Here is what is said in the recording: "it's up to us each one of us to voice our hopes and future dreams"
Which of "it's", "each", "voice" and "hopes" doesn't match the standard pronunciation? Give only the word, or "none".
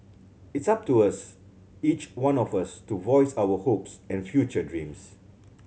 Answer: none